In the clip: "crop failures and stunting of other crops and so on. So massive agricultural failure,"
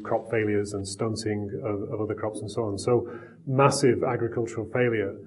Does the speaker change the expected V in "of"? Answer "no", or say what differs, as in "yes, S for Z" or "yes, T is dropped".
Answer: no